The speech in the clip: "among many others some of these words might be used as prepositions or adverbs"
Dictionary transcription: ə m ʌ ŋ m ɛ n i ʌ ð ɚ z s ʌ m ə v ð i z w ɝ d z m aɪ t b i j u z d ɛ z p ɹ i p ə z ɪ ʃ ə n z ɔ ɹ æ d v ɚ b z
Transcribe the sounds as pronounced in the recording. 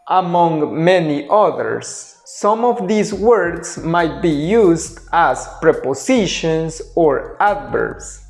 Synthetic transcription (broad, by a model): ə m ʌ ŋ m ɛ n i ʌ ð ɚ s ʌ m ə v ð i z w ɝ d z m aɪ t b i j u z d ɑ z p ɹ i p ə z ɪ ʃ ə n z ɔ ɹ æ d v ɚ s